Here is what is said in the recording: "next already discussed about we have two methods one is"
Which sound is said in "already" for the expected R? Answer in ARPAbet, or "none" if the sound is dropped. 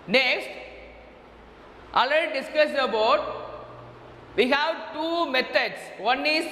none